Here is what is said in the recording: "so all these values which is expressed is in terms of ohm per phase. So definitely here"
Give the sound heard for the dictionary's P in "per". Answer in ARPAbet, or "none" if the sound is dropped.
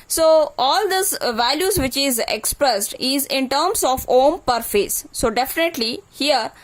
P